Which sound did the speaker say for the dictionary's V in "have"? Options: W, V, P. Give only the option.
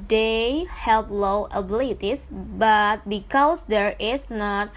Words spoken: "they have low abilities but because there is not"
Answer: P